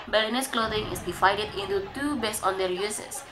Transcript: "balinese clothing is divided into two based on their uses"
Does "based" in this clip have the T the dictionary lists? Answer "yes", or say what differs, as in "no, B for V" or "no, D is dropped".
no, T is dropped